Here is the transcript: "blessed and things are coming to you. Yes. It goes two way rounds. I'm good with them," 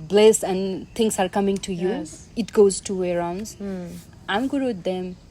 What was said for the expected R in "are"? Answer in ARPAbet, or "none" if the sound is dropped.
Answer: R